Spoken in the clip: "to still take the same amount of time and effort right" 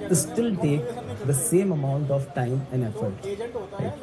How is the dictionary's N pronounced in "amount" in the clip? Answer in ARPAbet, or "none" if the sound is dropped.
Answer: N